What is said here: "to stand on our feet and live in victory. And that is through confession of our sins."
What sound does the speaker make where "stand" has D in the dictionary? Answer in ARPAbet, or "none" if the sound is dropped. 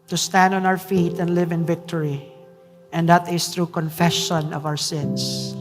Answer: D